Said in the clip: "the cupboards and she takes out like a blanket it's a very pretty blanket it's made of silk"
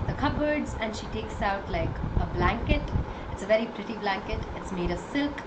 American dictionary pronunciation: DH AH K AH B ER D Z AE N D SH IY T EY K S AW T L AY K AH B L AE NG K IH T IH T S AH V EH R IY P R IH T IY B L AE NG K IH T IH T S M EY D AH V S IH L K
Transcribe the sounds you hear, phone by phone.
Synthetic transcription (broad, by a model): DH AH K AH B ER D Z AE N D SH IY T EY K S AW T L AY K AH B L AE NG K IH T IH T S AH V EH R IY P R IH T IY B L AE NG K IH T IH T S M EY D AH V S IH L K